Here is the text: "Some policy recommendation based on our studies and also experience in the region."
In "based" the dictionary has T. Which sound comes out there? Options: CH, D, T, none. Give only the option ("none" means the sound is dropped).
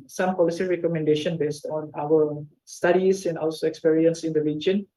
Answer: T